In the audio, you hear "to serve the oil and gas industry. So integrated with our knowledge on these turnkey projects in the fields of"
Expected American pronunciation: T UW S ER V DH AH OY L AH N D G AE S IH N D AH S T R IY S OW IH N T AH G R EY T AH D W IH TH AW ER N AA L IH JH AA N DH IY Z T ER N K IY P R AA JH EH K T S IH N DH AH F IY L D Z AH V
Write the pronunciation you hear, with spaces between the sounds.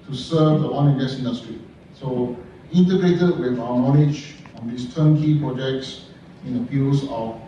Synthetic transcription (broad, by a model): T UW S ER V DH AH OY N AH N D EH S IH N D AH S T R IY S OW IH N T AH G R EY T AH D W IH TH AW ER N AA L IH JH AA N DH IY S T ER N K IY P R AA JH EH K T S IH N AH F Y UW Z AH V